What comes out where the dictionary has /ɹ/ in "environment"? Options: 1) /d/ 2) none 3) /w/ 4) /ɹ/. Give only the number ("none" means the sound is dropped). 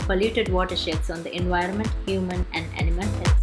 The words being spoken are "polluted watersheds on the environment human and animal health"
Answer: 4